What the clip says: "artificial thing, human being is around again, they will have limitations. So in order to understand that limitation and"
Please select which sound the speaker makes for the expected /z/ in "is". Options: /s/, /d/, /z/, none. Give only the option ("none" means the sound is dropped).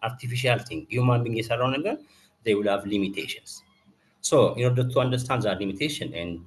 /s/